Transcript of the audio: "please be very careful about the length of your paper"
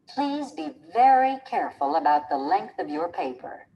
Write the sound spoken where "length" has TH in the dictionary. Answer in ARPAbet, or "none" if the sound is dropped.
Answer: TH